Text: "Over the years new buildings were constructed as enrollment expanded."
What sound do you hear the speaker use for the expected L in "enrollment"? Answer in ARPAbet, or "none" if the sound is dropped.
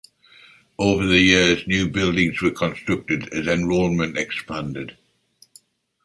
N